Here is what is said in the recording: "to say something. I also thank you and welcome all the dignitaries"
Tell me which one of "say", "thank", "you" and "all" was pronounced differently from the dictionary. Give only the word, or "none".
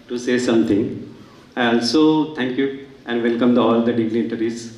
thank